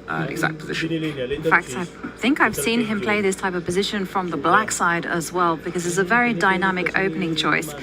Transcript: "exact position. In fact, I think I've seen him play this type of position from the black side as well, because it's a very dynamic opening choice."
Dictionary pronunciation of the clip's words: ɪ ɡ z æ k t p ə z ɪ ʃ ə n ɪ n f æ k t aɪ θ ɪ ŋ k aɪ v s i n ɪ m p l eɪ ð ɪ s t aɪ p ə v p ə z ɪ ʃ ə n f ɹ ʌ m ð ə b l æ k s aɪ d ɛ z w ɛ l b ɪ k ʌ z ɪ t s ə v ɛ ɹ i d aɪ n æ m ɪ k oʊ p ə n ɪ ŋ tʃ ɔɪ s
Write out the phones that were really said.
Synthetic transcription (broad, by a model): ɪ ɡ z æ k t p ə z ɪ ʃ ə n ɪ n f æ k t aɪ θ ɪ ŋ k aɪ v s i n ɪ m p l eɪ ð ɪ s t aɪ p ə v p ə z ɪ ʃ ə n f ɹ ʌ m ð ə b l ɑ k s aɪ d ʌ z w ɛ l b ɪ k ʌ z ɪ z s ə v ɛ ɹ i d aɪ n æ m ɪ k oʊ p ə n ɪ ŋ tʃ ɔɪ s